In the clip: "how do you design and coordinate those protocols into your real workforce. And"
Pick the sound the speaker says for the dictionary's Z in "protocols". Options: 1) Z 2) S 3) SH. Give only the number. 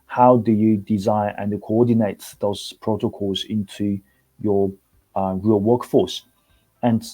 1